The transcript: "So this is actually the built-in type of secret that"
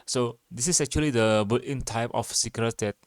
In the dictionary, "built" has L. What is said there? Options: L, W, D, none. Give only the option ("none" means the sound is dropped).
none